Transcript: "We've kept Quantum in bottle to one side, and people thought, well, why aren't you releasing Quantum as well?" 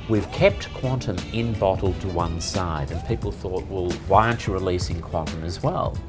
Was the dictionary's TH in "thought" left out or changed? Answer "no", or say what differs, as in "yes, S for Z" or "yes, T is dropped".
no